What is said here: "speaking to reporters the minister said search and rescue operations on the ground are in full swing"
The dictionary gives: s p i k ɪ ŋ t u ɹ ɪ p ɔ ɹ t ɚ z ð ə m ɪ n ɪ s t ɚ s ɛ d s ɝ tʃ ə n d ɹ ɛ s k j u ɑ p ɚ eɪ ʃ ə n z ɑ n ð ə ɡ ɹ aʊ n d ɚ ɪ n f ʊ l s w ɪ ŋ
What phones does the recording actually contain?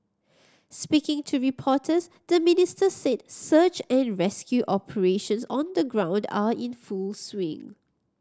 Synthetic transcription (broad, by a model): s p i k ɪ ŋ t u ɹ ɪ p ɔ t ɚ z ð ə m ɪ n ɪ s t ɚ s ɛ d s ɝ tʃ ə n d ɹ ɛ s k j u ɑ p ɚ eɪ ʃ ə n s ɑ n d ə ɡ ɹ aʊ n d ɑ ɪ n f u l s w ɪ ŋ